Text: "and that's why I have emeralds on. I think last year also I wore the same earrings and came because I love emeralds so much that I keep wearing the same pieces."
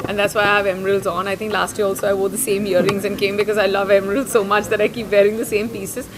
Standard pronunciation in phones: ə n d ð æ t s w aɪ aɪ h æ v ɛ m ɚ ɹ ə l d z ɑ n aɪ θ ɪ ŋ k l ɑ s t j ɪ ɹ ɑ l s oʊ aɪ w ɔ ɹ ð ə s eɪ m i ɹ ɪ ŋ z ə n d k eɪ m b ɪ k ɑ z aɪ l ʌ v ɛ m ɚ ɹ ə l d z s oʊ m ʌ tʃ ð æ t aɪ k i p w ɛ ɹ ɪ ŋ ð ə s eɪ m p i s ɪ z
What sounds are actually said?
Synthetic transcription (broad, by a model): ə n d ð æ t s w aɪ aɪ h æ v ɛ m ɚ ɹ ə l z ɑ n aɪ t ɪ ŋ k l ɑ s t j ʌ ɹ ɑ l s oʊ aɪ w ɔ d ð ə s eɪ m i ɹ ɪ ŋ z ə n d k eɪ m b ɪ k ɑ z aɪ l ʌ v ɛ m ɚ ɹ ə l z s oʊ m ʌ tʃ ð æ t aɪ k i p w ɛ ɹ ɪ ŋ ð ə s eɪ m p i s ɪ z